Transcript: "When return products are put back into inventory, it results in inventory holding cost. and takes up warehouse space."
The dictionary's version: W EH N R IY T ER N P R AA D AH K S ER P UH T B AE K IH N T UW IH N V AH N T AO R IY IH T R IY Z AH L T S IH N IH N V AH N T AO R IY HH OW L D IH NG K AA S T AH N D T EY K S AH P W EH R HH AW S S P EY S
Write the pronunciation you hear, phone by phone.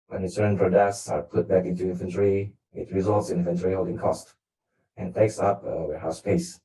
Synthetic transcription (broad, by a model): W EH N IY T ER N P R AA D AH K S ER P UH T B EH K IH N T UW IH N F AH N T R IY IH T R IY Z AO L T S IH N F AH N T R IY HH OW L D IH NG K AA S T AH N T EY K S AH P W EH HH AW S S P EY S